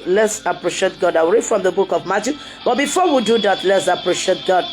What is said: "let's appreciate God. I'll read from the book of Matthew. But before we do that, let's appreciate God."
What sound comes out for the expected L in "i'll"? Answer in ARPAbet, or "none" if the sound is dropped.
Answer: W